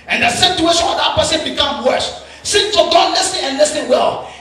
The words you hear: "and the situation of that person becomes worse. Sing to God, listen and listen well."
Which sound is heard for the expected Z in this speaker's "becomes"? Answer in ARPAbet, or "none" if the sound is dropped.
none